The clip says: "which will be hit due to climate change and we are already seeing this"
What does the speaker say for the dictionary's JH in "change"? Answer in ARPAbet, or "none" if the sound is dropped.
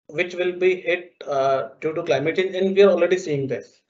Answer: none